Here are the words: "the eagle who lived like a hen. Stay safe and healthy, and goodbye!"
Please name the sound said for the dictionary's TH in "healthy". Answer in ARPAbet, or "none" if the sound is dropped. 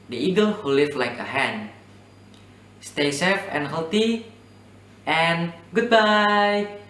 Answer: T